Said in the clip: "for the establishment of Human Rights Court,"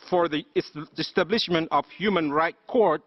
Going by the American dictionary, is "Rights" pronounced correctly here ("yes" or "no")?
no